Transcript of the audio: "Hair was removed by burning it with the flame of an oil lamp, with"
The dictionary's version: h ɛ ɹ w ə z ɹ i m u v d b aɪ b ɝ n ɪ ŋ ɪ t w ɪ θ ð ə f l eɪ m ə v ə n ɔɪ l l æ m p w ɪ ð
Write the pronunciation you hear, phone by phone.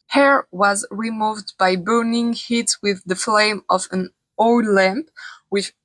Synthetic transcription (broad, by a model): h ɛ ɹ w ə z ɹ i m u v d b aɪ b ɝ n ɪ ŋ ɪ t w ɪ ð ə f l eɪ m ə v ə n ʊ l l æ m p w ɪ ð